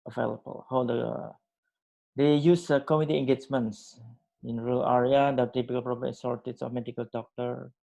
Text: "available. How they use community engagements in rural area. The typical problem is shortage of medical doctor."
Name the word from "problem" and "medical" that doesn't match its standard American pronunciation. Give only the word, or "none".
problem